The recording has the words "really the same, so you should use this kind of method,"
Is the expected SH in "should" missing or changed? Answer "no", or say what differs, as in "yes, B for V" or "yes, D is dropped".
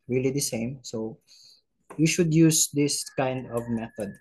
no